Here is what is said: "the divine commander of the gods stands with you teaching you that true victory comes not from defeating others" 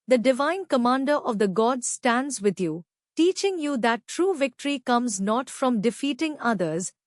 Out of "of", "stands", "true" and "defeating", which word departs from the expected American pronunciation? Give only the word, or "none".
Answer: none